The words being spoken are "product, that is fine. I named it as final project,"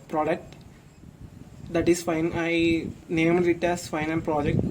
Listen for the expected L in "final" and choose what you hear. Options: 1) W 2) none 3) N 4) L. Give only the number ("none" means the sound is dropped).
3